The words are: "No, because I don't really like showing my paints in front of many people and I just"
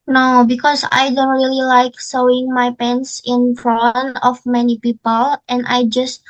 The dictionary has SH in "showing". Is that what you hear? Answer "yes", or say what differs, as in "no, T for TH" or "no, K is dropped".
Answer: no, S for SH